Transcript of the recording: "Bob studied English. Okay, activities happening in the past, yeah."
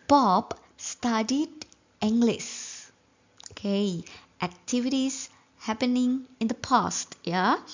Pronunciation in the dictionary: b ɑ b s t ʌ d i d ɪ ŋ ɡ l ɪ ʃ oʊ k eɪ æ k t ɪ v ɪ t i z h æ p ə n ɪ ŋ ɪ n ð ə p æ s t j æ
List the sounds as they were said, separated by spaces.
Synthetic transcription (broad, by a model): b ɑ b s t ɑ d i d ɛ ŋ ɡ l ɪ s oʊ k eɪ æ k t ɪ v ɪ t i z h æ p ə n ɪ ŋ ɪ n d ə p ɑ s t j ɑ